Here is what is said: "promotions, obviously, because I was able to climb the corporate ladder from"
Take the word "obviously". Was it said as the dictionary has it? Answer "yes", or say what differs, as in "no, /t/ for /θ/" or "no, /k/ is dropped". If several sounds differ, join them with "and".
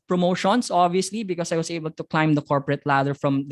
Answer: yes